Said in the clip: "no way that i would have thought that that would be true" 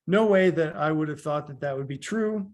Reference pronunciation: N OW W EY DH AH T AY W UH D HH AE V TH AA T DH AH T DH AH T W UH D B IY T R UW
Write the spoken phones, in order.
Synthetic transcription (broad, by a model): N OW W EY DH AH T AY W UH D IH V TH AA T DH AH T DH AH T W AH D B IY T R UW